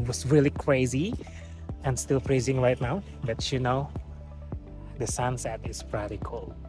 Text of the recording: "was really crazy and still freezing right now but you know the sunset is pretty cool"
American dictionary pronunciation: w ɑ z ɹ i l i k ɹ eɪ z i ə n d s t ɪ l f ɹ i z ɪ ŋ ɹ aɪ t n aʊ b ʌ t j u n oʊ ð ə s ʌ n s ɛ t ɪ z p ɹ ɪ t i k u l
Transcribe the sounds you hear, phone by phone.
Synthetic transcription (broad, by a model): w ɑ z ɹ i l i k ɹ eɪ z i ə n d s t ɪ l p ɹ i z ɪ ŋ ɹ aɪ t n aʊ b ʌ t j u n oʊ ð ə s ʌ n s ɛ t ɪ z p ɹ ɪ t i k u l